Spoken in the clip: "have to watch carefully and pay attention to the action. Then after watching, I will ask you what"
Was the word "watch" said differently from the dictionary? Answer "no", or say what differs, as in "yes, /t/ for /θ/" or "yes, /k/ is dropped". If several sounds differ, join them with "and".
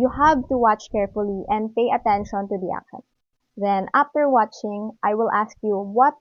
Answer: no